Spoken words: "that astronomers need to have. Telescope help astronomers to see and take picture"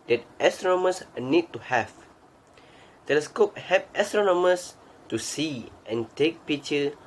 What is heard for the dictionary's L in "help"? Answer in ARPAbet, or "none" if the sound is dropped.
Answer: none